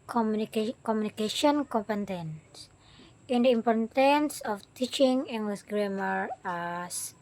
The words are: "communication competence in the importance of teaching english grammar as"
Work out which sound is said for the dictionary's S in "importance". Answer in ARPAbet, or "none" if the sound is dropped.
S